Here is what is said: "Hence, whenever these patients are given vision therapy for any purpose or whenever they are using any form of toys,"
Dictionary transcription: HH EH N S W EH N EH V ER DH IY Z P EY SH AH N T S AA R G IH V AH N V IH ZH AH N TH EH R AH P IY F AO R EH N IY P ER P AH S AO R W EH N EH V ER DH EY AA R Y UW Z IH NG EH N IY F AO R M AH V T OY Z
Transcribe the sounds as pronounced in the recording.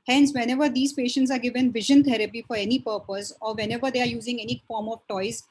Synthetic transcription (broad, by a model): HH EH N S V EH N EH V ER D IY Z P EY SH AH N T S AA R G IH V AH N V IH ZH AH N T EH R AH P IY F AO R EH N IY P ER P AH S AO R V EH N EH V ER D EY AA R Y UW Z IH NG EH N IY F AO R M AH V T OY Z